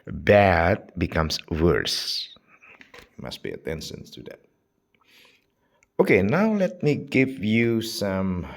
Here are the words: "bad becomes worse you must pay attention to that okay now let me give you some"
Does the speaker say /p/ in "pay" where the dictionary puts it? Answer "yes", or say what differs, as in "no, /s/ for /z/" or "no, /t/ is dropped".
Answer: no, /b/ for /p/